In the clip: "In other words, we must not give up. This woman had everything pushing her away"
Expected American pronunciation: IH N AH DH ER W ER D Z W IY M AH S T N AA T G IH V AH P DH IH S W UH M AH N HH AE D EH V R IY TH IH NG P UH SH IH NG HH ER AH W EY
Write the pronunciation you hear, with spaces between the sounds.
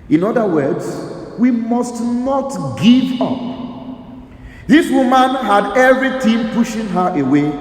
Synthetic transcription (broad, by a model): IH N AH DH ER W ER D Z W IY M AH S T N AA T G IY V AH P DH IH S W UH M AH N HH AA D EH V R IY T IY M P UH SH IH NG HH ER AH W EY